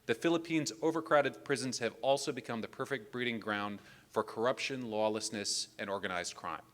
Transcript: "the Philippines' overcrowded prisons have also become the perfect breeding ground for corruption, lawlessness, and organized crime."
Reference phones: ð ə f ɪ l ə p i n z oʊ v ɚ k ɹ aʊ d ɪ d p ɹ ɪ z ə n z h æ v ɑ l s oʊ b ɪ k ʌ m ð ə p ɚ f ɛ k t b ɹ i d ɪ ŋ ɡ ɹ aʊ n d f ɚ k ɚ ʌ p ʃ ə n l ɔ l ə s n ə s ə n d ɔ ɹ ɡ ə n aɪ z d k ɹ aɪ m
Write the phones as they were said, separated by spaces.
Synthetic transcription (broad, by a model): ð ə f ɪ l ə p i n z oʊ v ɚ k ɹ aʊ d ɪ d p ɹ ɪ z n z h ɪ v ɑ l s oʊ b ɪ k ʌ m ð ə p ɚ f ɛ k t b ɹ i d ɪ ŋ ɡ ɹ aʊ n d f ɚ k ɚ ʌ p ʃ ə n l ɔ l ə s n ə s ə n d ɔ ɹ ɡ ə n aɪ z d k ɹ aɪ m